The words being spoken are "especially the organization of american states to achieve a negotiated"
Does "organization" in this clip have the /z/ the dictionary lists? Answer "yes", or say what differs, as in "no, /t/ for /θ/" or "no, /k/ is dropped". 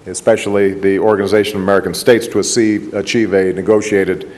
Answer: yes